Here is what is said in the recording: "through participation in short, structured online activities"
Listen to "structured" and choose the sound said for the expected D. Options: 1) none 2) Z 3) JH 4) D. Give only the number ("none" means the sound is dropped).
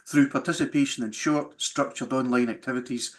4